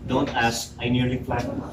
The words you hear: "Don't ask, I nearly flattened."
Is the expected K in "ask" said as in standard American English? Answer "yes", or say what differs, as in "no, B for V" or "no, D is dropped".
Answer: no, K is dropped